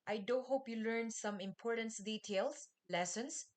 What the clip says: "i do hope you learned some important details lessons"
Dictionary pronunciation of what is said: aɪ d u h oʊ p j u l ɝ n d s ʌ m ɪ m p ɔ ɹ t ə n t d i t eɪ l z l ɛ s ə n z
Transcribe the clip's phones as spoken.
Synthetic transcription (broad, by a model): aɪ d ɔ h oʊ p j u l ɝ n s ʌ m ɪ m p ɔ ɹ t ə n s d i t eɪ l s l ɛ s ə n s